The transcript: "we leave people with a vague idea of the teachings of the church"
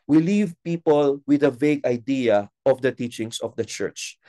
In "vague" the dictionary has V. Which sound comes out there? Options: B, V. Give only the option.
V